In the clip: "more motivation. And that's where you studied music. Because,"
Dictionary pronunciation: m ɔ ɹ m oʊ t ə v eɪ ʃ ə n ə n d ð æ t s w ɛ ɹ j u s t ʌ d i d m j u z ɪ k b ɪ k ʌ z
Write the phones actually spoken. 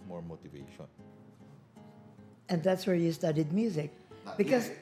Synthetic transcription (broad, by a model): m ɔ ɹ m oʊ t ə v eɪ ʃ ə n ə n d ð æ t s w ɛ ɹ j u s t ʌ d i d m j u z ɪ k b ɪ k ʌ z